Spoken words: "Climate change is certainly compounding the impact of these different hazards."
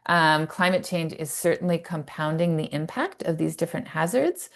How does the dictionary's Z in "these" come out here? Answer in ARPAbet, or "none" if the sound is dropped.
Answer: Z